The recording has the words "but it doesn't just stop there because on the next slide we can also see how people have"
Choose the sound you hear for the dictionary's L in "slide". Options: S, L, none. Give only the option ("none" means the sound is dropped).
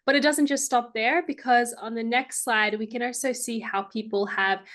none